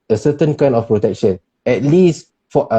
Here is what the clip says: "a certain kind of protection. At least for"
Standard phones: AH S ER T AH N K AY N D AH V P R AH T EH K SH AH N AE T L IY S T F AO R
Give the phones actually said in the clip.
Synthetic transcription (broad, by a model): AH S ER T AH N K AY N AH F P R AH T EH K SH AH N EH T L IY S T F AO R